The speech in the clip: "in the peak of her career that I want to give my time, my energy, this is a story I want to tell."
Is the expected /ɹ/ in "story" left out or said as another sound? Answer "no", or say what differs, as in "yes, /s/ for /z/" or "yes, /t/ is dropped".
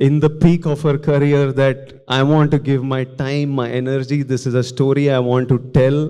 no